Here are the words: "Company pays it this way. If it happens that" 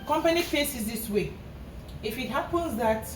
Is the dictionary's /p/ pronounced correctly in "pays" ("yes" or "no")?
no